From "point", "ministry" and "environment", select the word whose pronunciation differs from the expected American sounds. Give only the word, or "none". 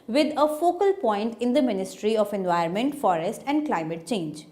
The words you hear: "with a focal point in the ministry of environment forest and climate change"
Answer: environment